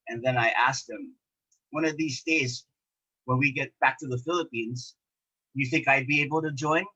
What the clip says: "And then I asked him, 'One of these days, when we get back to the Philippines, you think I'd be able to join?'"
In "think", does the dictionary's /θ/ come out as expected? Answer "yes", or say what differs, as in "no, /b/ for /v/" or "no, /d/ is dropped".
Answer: yes